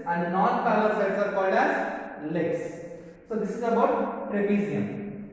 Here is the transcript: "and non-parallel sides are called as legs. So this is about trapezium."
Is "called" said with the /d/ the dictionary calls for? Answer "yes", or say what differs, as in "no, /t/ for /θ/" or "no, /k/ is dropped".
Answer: yes